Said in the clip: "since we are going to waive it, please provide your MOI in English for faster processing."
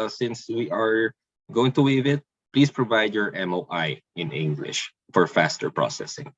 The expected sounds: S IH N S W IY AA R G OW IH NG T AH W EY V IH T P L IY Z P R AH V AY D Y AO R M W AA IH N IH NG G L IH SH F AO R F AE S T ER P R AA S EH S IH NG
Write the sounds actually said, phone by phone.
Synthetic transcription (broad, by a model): S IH N S W IY AA R G OW IH NG T AH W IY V IH T P L IY S P R AH V AY D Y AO R M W AA IH N IH NG G L IH SH F AO R F AE S T ER P R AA S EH S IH NG